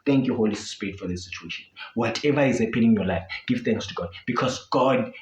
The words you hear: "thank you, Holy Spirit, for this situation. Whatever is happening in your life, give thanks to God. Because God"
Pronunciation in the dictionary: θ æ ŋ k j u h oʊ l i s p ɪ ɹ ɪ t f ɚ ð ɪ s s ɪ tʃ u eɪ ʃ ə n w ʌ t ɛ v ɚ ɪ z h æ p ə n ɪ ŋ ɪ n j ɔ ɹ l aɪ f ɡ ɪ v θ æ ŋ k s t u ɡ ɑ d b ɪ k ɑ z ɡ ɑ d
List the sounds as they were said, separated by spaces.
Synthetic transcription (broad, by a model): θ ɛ ŋ k j u h oʊ l i s ɪ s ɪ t f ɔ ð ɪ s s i tʃ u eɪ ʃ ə n w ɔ t ɛ v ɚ ɪ z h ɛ p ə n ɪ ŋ j ɔ l aɪ f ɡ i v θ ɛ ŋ k s t u ɡ ɑ d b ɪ k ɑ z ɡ ɑ d